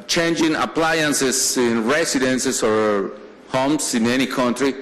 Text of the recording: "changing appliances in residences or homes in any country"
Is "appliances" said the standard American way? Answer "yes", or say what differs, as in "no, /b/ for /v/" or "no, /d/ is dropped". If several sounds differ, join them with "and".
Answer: no, /s/ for /z/